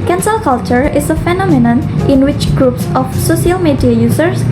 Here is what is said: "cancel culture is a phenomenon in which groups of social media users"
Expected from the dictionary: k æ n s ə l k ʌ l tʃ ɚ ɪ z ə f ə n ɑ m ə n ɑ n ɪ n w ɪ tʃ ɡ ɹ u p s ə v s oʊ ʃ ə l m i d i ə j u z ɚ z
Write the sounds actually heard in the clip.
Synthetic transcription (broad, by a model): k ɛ n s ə l k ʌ l tʃ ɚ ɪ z ə f ə n ɑ m ə n ɑ n ɪ n w ɪ tʃ ɡ ɹ u p s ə f s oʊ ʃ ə l m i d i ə j u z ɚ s